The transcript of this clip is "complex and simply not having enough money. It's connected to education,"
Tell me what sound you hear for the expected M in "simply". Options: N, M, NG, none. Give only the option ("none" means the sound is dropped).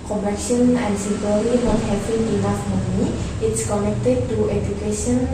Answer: none